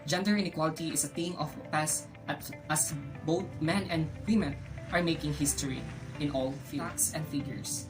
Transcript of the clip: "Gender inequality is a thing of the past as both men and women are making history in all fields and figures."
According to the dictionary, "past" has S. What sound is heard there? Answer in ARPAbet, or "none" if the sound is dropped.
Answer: none